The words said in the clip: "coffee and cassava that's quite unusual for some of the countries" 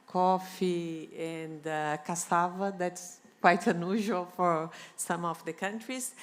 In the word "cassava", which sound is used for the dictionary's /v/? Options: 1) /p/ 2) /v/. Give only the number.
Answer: 2